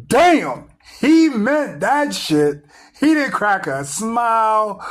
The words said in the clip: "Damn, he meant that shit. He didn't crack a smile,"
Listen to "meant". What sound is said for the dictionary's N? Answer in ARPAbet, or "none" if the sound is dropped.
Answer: none